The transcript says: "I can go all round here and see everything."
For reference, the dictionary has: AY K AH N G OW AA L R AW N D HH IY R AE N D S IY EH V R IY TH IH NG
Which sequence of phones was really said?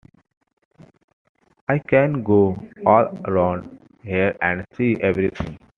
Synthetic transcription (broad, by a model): AY K AH N G OW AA L R AW N D HH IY R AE N D S IY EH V R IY T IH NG